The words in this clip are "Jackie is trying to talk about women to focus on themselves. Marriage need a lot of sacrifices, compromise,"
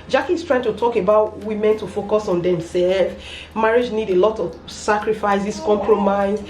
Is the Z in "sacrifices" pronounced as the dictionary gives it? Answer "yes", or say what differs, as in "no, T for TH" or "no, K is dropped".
no, S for Z